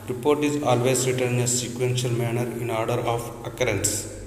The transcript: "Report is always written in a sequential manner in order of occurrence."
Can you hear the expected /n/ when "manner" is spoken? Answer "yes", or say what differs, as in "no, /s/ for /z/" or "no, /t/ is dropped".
yes